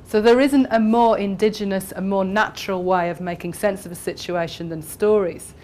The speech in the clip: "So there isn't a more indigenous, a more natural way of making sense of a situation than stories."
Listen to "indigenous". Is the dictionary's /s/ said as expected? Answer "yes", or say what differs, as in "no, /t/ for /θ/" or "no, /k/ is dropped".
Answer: yes